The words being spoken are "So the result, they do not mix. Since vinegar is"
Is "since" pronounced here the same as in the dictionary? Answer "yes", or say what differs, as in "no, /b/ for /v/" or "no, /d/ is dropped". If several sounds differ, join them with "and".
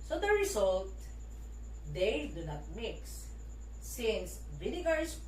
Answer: yes